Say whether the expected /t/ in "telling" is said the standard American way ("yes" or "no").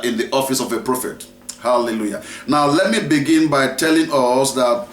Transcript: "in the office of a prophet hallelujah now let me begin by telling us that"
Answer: yes